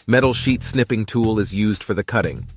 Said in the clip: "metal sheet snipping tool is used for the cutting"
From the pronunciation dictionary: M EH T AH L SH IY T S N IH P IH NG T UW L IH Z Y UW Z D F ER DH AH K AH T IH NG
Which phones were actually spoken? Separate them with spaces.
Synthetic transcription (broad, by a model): M EH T L SH IY T S N IH P IH NG T UW L IH Z Y UW Z D F ER DH AH K AH T IH NG